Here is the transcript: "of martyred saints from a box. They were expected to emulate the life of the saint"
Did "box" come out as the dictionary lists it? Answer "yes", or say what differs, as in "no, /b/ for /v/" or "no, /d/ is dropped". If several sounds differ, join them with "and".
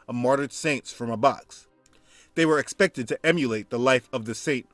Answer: yes